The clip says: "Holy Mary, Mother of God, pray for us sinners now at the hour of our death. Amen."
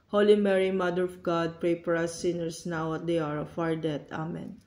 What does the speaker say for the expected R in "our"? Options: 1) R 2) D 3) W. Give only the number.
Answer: 1